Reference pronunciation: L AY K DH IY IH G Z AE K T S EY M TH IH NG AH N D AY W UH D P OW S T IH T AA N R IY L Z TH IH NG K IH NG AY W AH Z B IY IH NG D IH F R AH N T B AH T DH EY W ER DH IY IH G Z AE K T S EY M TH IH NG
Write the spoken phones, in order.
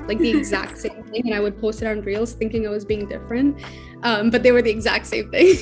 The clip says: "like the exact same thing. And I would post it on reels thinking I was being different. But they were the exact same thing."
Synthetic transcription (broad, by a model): L AY K DH IY IH G Z AE K T S EY M TH IH NG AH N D AY W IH D P OW S T IH T N R IY L Z TH IH NG K IH NG AY W AH Z B IY IH NG D IH F R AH N T B AH T DH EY W ER DH IY IH G Z AE K T S EY M TH IH NG